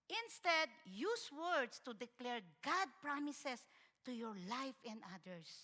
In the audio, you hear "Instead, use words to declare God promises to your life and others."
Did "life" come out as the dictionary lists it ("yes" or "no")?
yes